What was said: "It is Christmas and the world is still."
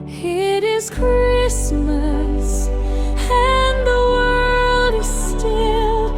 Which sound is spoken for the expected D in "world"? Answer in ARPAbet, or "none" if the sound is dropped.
D